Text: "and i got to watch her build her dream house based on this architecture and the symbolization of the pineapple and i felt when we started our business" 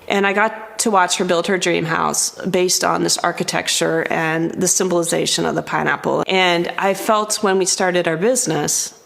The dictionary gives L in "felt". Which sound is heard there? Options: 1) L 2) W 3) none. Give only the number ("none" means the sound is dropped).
1